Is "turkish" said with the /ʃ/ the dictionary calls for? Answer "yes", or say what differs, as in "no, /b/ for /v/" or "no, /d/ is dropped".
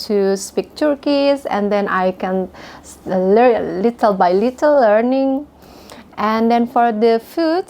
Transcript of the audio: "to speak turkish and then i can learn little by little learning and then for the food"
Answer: no, /s/ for /ʃ/